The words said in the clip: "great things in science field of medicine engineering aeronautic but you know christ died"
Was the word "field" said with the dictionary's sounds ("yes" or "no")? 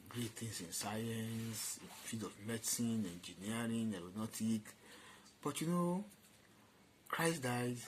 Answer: no